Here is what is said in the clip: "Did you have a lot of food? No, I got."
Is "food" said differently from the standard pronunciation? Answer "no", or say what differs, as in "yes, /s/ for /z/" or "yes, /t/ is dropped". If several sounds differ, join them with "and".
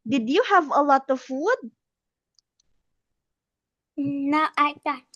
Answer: no